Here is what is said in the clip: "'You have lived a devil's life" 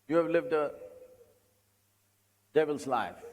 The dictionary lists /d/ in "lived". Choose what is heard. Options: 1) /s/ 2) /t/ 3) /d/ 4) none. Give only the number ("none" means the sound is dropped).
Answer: 3